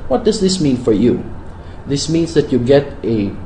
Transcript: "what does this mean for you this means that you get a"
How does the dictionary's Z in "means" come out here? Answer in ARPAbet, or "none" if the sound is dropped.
S